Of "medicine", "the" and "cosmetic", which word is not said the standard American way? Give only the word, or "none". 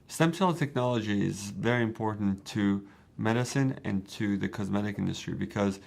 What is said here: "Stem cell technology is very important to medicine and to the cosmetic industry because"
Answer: none